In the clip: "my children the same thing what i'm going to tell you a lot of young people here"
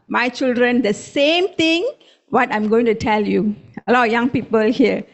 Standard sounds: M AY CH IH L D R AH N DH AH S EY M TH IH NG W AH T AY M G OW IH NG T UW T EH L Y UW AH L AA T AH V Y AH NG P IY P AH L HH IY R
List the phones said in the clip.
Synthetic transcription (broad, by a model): M AY CH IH L D R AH N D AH S EY M T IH NG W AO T AY M G OW IH NG T UW T EH L Y UW AH L AA T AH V Y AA NG P IY P AH L HH IY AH